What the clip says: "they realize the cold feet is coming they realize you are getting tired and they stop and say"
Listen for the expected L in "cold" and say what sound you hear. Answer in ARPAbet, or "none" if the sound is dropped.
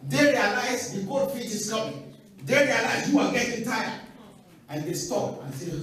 none